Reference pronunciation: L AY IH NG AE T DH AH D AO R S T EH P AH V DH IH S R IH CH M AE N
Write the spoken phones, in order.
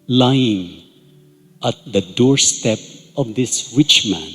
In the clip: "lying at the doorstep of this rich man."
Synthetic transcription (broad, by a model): L AY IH NG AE T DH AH D AO R S T EH P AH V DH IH S W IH CH M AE N